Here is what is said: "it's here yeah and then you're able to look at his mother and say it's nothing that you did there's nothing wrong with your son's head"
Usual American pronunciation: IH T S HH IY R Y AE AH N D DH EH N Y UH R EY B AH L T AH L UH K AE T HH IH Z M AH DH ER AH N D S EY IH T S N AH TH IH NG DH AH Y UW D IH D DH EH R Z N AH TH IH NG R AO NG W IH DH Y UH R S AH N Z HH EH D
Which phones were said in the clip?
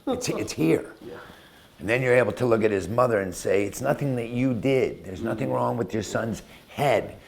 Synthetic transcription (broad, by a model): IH T S HH IY R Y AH N DH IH N Y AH R EY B L T AH L UH K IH T HH IH Z M AH DH ER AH N S EY IH T S N AH TH IH NG DH AH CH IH D IH D DH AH R Z N AH TH IH NG R AO NG W IH DH Y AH R S AH N Z HH EH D